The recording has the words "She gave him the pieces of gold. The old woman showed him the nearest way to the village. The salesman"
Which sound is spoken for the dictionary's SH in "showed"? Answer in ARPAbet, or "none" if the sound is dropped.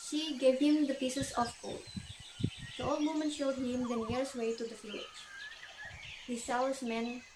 SH